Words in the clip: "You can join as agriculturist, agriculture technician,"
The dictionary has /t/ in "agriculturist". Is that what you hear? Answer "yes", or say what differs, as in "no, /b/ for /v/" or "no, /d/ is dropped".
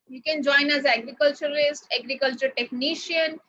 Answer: yes